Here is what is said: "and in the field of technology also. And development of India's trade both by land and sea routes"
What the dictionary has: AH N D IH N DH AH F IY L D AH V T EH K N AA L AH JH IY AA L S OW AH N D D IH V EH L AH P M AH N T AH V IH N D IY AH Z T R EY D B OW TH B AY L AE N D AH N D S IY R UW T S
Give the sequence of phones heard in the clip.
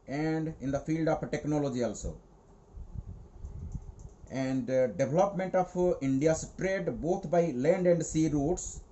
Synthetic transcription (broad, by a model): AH N D IH N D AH F IY L D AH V T EH K N AA L AH JH IY AA L S OW AH N D D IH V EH L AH P M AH N T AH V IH N D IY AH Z T R EY D B OW T B AY L AE N D AH N D S IY R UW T S